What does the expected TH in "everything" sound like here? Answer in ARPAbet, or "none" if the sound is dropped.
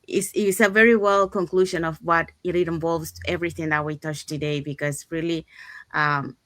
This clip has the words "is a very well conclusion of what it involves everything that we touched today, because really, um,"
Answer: TH